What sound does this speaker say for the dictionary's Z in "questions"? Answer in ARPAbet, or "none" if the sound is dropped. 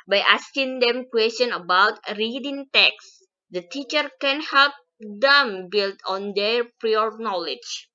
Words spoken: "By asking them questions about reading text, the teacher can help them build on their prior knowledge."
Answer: none